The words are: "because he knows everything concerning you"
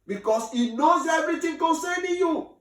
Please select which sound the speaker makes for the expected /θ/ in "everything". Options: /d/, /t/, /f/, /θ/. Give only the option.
/t/